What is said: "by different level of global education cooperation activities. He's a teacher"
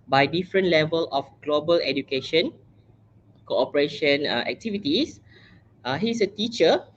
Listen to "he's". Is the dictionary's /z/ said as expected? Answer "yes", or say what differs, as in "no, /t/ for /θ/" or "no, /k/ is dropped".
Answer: no, /s/ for /z/